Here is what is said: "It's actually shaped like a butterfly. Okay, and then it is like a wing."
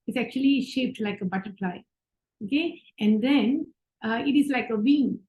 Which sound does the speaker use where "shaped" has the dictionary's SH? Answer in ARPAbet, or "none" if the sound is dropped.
SH